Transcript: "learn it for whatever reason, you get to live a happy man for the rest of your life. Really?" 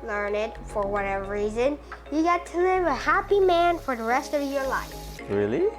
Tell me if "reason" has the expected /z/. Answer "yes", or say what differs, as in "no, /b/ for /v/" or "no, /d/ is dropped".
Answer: yes